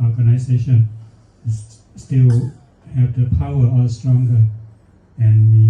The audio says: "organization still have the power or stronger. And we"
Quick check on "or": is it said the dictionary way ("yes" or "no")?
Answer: no